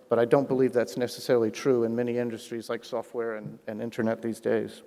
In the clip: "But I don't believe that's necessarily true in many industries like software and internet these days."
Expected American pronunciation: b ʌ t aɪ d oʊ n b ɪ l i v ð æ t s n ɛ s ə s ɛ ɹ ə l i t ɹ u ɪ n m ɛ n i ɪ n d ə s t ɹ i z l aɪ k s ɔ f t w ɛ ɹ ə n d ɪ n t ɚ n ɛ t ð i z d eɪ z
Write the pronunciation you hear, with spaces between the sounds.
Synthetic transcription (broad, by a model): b ʌ t aɪ d oʊ n b ɪ l i v ð æ t s n ɛ s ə s ɛ ɹ l i t ɹ u ɪ n m ɛ n i ɪ n d ə s t ɹ i z l aɪ k s ɔ f t w ɛ ɹ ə n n ɪ n t ɚ n ɛ t ð i z d eɪ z